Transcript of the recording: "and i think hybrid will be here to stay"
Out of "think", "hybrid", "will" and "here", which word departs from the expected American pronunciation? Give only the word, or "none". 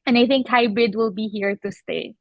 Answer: hybrid